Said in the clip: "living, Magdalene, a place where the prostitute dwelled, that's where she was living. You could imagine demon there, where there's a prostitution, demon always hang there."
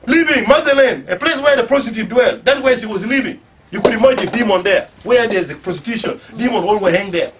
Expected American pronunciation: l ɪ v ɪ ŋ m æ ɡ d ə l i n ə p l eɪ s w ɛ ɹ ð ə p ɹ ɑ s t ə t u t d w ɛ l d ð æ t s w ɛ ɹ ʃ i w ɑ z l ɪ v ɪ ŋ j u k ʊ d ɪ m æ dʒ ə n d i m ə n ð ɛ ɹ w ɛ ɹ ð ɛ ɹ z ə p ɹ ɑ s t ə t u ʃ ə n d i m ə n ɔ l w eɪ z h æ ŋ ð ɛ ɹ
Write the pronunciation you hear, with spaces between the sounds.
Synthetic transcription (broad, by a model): l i v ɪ ŋ m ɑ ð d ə l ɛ n ə p l eɪ s w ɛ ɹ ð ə p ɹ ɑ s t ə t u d w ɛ l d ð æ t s w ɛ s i w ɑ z l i v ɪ ŋ j u k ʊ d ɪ m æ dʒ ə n d i m ə n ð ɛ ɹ w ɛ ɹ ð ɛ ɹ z ə p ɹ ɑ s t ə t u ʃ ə n d i m ə n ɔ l w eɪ h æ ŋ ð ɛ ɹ